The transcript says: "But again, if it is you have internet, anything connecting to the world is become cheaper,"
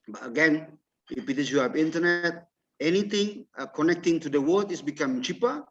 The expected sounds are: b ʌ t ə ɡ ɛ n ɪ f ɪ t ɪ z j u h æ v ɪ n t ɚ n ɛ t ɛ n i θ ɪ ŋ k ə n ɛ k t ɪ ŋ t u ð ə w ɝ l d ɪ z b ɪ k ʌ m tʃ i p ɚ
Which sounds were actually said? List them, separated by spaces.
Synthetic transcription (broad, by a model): b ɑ t ə ɡ ɛ n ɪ p ɪ t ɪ s j u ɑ p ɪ n t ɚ n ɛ t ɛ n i t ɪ ŋ k ə n ɛ k t ɪ ŋ t u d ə w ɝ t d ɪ s b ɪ k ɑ m tʃ i p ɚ